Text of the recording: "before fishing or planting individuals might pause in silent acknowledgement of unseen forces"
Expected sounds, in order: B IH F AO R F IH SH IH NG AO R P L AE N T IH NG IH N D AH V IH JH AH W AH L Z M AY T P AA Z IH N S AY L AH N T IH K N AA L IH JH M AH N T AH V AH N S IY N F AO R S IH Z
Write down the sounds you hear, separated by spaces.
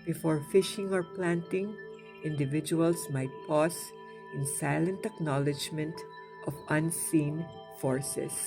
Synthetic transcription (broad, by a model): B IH F AO R F IH SH IH NG AO R P L AE N T IH NG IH N D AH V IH JH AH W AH L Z M AY T P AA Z IH N S AY L AH N T IH K N AA L IH JH M AH N T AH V AH N S IY N F AO R S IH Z